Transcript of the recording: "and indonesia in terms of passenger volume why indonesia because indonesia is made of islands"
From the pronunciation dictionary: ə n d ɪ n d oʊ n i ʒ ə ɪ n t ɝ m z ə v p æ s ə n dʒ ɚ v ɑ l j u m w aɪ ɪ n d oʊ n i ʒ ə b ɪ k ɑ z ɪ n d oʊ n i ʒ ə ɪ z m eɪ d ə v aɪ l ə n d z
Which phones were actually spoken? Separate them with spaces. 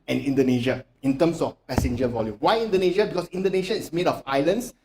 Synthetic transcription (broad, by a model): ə n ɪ n d oʊ n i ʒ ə ɪ n t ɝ m s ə f p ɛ s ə n dʒ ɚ v ɑ l j u m w aɪ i n d oʊ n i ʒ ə b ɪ k ɑ s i n d oʊ n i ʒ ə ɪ s m eɪ d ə f aɪ l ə n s